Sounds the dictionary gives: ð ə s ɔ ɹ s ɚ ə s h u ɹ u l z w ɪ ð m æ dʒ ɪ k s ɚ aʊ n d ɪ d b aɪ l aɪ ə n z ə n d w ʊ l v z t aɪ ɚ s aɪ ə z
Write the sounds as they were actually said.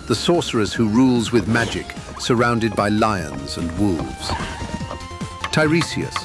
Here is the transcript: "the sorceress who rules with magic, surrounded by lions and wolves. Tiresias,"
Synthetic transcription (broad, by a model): ð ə s ɔ ɹ s ɚ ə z h u ɹ u l z w ɪ ð m æ dʒ ɪ k s ɚ aʊ n d ɪ d b aɪ l aɪ ə n z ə n w ʊ l v z t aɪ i s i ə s